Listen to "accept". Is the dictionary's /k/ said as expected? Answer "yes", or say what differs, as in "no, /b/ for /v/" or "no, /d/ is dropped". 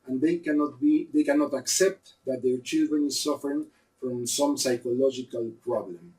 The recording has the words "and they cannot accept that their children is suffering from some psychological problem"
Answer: yes